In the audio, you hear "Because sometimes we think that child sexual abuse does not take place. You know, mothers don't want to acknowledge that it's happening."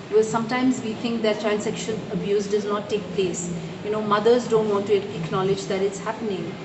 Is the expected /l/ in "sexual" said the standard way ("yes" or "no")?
no